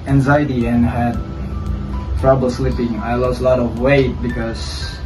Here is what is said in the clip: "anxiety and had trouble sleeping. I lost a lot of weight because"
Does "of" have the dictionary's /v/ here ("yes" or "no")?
yes